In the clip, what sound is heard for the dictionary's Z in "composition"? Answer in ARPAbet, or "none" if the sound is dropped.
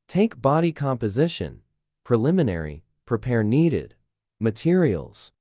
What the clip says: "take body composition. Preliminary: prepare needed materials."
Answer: Z